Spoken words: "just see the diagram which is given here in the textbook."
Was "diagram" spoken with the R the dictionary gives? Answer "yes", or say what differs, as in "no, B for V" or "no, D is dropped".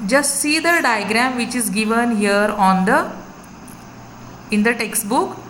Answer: yes